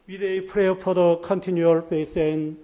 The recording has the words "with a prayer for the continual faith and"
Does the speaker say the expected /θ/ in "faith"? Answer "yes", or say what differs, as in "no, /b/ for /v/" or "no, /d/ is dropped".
no, /s/ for /θ/